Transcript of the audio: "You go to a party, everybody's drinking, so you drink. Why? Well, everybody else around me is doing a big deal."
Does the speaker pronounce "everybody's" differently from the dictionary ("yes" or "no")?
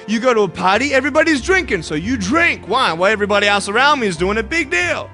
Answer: no